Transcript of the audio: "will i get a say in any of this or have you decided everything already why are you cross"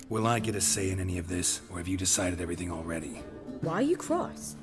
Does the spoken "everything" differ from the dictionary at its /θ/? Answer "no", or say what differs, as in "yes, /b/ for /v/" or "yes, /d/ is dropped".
no